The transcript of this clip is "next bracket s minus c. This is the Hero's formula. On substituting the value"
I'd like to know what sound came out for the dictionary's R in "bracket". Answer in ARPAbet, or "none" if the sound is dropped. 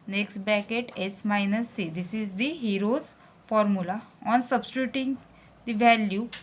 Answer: none